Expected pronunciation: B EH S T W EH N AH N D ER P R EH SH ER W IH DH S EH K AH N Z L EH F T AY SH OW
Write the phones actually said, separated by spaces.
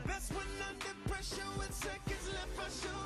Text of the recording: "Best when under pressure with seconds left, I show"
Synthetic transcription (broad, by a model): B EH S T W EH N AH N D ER P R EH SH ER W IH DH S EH K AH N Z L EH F AY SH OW